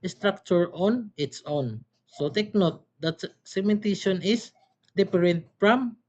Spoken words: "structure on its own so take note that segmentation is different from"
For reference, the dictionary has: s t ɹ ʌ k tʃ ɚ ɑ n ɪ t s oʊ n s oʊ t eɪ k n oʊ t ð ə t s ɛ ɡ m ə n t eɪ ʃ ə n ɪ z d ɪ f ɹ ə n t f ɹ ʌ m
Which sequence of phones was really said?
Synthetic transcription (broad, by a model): s t ɹ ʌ k tʃ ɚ ɑ n ɪ t s oʊ n s oʊ t eɪ k n oʊ t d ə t s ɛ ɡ m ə n t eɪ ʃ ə n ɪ s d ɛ p ɹ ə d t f ɹ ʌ m